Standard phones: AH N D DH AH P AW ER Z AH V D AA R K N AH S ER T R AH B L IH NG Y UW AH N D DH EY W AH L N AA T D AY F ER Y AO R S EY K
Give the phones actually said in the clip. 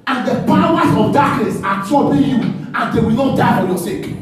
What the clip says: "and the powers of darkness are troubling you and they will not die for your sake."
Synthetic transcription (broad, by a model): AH N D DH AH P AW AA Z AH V D AA K N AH S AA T AO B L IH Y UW AH N D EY W AH L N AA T D AY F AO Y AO S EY K